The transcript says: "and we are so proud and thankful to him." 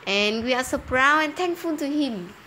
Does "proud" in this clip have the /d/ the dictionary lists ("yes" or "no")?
no